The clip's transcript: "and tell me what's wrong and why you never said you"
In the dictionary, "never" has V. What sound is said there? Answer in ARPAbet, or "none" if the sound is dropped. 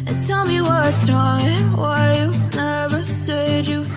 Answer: V